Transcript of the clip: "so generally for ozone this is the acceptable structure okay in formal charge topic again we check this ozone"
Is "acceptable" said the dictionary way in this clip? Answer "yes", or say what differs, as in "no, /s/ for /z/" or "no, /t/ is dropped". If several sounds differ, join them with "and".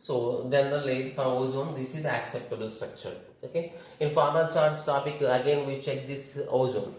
yes